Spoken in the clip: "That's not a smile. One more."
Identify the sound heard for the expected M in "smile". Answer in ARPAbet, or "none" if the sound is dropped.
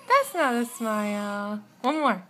M